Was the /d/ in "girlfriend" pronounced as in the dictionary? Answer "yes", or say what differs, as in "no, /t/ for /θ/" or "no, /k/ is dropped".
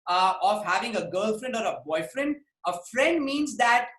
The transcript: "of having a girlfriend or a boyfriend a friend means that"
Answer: yes